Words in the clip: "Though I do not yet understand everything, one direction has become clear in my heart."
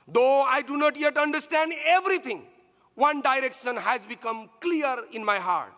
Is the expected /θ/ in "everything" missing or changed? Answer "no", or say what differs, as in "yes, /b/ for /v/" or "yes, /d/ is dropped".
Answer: yes, /t/ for /θ/